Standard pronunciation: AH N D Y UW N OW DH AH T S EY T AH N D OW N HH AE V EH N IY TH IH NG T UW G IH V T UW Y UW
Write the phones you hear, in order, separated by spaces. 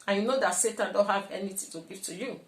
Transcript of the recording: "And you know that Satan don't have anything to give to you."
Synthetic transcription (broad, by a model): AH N Y UW N OW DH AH T S EY T AH N D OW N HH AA V EH N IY T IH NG T UW G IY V T UW Y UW